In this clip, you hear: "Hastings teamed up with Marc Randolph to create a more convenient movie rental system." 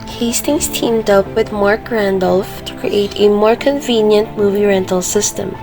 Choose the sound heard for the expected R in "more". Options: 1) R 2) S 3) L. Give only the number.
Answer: 1